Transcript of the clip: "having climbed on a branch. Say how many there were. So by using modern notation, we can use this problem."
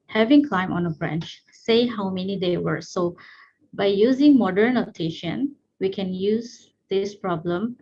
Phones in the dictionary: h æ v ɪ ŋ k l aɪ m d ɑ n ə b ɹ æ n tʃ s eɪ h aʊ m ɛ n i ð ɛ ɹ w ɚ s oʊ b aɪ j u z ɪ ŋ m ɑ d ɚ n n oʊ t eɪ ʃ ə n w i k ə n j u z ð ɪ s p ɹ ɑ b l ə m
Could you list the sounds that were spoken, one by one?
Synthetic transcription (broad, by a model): h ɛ v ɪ ŋ k l aɪ m ɑ n ə b ɹ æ n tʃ s eɪ h aʊ m ɛ n i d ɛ w ɚ s oʊ b aɪ j u z ɪ ŋ m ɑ d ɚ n n oʊ t eɪ ʃ ə n w i k ə n j u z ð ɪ s p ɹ ɑ b l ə m